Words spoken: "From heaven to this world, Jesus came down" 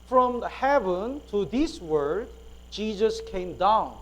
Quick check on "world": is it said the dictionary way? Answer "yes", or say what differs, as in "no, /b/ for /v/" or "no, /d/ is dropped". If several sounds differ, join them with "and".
no, /l/ is dropped